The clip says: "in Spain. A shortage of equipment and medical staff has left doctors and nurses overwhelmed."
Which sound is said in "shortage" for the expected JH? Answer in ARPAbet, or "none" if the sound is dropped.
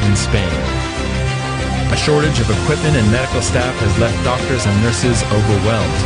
JH